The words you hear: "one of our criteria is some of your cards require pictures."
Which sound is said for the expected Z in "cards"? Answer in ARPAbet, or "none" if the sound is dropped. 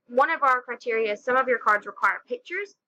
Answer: Z